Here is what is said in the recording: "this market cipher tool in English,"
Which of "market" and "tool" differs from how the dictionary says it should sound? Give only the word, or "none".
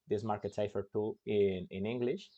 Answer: tool